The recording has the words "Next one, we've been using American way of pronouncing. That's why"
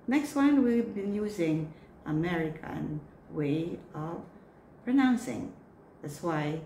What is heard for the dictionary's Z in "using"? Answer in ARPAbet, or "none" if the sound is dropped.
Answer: Z